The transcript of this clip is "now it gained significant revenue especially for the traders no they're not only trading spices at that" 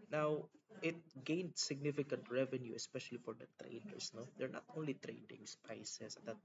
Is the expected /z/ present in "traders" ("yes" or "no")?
no